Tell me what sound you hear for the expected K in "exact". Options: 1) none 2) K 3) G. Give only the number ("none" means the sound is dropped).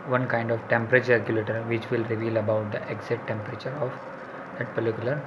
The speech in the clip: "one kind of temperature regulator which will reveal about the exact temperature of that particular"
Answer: 1